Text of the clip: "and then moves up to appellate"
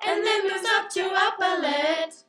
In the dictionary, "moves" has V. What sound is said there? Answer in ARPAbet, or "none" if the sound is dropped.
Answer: none